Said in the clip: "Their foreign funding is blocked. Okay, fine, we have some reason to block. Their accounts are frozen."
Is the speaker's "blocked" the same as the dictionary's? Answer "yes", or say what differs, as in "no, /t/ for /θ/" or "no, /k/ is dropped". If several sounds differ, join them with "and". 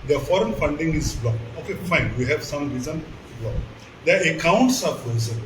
no, /t/ is dropped